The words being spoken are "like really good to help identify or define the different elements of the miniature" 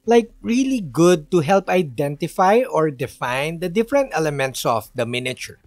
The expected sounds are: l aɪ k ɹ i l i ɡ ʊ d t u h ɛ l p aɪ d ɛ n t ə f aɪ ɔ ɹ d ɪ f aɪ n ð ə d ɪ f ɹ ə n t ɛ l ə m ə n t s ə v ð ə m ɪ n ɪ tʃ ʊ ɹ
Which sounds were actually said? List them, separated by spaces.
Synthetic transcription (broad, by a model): l aɪ k ɹ i l i ɡ ʊ d t u h ɛ l p aɪ d ɛ n t ə f aɪ ɔ ɹ d ɪ f aɪ n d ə d ɪ f ɹ ə n t ɛ l ə m ə n t s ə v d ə m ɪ n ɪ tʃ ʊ ɹ